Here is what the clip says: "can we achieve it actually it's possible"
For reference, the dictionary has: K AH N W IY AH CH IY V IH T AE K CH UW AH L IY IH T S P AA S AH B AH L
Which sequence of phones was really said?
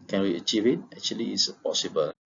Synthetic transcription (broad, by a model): K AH N W IY AH CH IY V IH T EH K CH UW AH L IY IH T S P AA S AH B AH L